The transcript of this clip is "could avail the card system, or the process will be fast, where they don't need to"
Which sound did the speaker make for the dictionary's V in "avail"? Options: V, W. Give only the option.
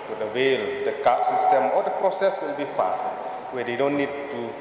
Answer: W